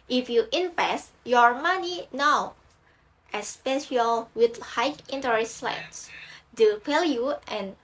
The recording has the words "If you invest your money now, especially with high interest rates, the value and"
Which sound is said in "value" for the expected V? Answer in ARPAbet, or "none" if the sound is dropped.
P